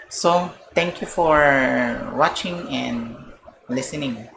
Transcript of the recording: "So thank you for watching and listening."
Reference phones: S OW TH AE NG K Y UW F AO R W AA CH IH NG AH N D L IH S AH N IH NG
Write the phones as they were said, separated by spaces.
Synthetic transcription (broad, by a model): S OW T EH NG K Y UW F AO R W AA CH IH NG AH N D L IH S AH N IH NG